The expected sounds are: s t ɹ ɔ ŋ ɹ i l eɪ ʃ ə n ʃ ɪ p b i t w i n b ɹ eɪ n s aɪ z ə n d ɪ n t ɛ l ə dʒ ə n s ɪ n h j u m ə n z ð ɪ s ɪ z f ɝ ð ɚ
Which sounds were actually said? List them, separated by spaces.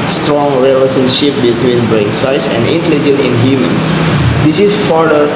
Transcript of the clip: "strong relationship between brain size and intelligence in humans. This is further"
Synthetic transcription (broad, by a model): s t ɹ ɔ ŋ ɹ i l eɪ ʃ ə n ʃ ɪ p b i t w i n b ɹ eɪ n s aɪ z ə n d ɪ n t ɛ l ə dʒ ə n ɪ n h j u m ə n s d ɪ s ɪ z f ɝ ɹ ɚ